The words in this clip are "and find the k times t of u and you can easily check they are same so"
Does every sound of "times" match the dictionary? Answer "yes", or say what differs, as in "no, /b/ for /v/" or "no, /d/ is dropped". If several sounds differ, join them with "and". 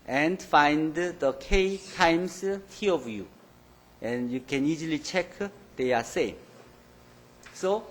no, /s/ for /z/